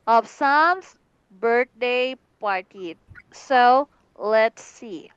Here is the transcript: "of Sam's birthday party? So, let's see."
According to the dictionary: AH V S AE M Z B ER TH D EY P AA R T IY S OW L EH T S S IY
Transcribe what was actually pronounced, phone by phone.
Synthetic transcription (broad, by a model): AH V S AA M S B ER T D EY P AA R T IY S OW L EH T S S IY